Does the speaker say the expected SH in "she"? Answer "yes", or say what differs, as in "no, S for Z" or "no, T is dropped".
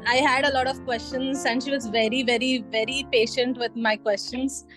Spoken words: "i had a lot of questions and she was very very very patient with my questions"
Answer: yes